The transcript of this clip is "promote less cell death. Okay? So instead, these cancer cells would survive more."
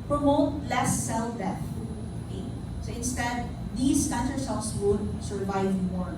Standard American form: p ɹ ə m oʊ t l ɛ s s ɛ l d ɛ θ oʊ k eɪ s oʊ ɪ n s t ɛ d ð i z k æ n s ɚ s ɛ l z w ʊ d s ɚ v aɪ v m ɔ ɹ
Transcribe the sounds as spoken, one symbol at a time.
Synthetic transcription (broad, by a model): p ɹ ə m oʊ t l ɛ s s ɛ l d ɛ t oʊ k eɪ s oʊ ɪ n s t ɛ d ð i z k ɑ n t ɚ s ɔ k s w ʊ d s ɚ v aɪ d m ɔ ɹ